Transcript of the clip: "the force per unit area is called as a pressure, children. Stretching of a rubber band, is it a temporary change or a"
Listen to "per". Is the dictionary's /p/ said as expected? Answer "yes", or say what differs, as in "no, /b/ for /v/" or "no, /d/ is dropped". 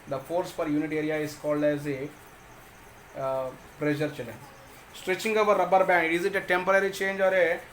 no, /f/ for /p/